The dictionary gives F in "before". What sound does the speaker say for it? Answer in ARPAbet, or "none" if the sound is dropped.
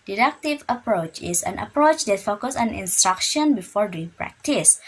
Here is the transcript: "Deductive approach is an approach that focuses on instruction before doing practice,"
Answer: F